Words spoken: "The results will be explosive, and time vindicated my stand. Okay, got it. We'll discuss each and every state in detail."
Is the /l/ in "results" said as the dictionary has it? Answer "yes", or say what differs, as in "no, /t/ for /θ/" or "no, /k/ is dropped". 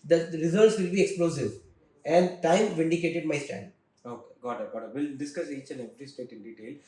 no, /l/ is dropped